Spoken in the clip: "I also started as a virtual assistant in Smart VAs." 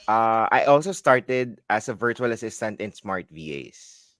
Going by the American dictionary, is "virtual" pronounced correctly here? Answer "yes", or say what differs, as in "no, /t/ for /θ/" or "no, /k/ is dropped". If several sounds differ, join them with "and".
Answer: yes